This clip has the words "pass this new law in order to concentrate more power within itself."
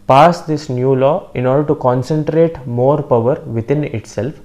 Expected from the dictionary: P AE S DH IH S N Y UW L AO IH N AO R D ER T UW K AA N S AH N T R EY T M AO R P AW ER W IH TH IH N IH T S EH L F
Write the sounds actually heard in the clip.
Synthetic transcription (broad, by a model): P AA S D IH S N Y UW L AO IH N AO R D ER T UW K AA N S AH N T R EY T M AO R P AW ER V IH T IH N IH T S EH L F